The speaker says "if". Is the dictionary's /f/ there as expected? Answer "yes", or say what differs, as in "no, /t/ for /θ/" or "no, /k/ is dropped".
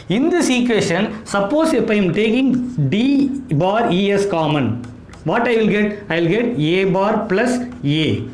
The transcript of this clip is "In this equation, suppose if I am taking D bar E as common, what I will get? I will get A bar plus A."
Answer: no, /p/ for /f/